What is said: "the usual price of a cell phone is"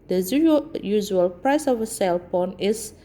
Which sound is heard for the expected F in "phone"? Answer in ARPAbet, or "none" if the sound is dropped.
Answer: P